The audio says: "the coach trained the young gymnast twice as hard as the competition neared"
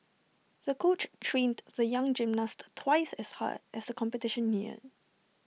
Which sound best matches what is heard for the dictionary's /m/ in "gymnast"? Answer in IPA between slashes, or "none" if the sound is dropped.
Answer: /m/